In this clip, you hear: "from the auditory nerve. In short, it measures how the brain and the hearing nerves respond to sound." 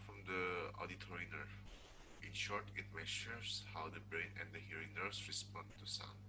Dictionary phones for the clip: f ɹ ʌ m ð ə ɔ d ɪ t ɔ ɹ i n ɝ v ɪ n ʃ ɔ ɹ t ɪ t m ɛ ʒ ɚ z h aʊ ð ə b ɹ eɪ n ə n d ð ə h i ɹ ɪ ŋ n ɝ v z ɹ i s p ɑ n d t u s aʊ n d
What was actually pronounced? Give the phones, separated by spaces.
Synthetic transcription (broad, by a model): f ɹ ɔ m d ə ɔ d ɪ t ɔ ɹ i n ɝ ɪ n ʃ ɔ ɹ t ɪ t m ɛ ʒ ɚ s h aʊ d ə b ɹ eɪ n ə n d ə h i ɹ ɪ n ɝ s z ɹ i s p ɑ n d t u s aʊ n